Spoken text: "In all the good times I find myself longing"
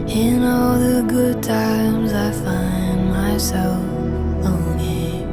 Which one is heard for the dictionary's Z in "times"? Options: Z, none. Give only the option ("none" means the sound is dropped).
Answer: Z